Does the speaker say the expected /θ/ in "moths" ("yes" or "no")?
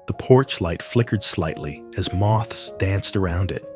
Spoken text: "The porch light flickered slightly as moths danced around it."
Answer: yes